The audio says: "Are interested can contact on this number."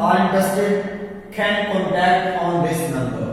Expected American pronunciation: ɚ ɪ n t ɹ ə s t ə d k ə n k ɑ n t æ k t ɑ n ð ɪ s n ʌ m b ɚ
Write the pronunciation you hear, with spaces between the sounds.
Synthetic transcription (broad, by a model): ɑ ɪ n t ə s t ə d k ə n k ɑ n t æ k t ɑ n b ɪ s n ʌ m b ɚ